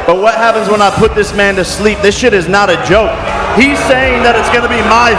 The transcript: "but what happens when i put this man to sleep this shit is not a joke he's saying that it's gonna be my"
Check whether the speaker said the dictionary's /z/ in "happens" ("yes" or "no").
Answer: yes